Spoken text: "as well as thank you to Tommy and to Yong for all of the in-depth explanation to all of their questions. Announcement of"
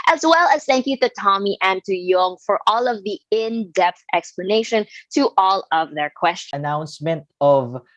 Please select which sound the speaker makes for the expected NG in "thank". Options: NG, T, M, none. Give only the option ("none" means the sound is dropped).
NG